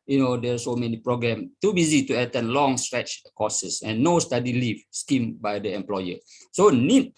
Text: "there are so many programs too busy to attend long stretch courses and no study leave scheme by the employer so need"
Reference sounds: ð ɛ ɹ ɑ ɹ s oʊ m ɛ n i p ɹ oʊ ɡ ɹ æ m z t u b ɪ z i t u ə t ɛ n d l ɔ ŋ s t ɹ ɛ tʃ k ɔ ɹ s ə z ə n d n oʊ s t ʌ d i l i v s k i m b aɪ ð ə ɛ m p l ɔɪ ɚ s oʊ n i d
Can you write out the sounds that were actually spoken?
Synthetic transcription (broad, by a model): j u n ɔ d s oʊ m ɛ n i p ɹ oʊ ɡ ɹ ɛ m t u b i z i t u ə t ɛ n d l ɔ ŋ s t ɹ ɛ tʃ k ɔ s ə s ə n n oʊ s t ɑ d i l i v s k i m b aɪ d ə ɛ m p l ɔɪ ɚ s oʊ n i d